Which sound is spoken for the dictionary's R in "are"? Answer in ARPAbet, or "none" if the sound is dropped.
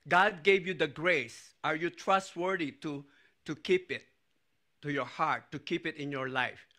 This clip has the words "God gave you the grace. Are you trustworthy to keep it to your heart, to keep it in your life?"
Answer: R